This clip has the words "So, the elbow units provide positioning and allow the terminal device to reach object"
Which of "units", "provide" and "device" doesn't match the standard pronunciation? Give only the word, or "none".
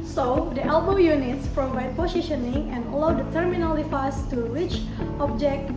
device